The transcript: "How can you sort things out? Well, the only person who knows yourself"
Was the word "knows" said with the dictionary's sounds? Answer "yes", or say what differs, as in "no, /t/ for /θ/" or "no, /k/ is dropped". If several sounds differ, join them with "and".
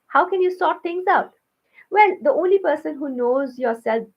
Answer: yes